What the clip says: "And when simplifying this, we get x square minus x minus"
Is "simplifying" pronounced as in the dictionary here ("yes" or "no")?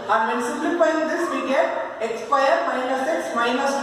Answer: no